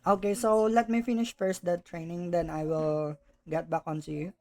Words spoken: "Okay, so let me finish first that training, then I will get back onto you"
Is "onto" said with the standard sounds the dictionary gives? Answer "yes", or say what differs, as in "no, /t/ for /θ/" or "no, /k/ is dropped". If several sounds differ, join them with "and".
no, /s/ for /t/